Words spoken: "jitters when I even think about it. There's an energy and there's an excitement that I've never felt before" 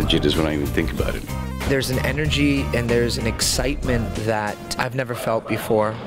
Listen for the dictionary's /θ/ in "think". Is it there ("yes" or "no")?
yes